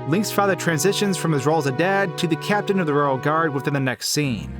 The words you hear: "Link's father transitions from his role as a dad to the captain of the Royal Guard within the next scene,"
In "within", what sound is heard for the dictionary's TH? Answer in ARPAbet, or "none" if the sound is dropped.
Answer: TH